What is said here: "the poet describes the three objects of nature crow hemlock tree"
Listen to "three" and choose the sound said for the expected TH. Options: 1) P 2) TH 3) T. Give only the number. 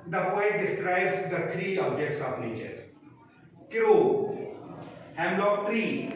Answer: 3